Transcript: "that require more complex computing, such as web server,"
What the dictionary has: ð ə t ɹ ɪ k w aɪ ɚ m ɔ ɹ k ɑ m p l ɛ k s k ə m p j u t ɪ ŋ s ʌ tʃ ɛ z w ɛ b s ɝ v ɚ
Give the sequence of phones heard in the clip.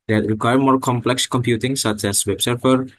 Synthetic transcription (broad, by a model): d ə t ɹ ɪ k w aɪ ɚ m ɔ ɹ k ɑ m p l ɛ k s k ə m p j u t ɪ ŋ s ʌ tʃ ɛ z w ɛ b s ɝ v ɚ